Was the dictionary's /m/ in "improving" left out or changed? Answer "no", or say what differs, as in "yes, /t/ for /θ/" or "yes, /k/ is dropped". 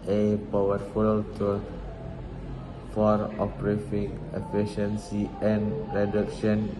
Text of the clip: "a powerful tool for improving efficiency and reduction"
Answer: yes, /m/ is dropped